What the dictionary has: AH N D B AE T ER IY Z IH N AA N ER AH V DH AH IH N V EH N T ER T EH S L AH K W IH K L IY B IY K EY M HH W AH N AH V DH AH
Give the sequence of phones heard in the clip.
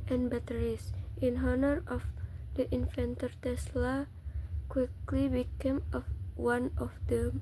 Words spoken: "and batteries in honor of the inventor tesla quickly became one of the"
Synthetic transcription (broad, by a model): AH N B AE T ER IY S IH N AA N ER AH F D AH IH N F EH N T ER T EH S L AH K W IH K L IY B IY K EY M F W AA N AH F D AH